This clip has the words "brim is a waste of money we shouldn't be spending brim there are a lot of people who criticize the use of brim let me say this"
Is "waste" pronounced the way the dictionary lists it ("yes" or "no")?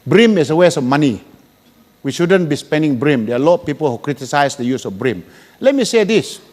no